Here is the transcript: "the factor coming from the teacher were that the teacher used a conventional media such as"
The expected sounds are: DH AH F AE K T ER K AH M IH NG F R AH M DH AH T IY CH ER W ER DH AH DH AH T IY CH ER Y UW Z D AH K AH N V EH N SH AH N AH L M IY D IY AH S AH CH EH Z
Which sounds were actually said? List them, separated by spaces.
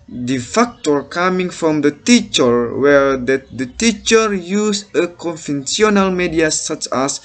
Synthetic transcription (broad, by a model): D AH F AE K T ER K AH M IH NG F R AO M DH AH T IY CH ER W ER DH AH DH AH T IY CH ER Y UW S AH K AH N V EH N S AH N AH L M IY D IY AH S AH CH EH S